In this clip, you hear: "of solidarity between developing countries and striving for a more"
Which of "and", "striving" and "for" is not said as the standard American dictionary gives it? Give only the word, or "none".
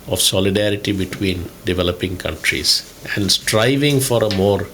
none